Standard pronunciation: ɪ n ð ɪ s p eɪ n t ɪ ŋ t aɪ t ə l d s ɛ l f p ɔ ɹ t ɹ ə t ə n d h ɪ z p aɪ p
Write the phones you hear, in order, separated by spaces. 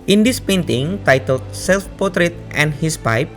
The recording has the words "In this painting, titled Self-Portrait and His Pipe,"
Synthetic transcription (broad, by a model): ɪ n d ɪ s p eɪ n t ɪ ŋ t aɪ t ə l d s ɛ l f p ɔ t ɹ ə t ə n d h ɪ s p aɪ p